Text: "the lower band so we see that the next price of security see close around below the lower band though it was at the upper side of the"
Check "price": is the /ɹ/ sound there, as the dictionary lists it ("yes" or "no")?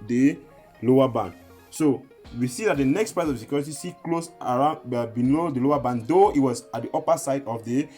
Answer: no